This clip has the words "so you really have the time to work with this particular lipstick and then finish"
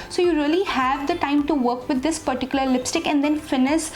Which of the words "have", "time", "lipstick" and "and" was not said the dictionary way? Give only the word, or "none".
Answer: none